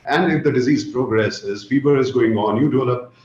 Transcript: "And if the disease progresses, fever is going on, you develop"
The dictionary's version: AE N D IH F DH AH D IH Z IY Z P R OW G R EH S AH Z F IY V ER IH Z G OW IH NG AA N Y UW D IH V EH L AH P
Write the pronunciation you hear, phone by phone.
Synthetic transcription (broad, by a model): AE N D IH F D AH D IH Z IY Z P R OW G R EH S AH Z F IY B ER IH Z G OW IH NG AA N Y UW D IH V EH L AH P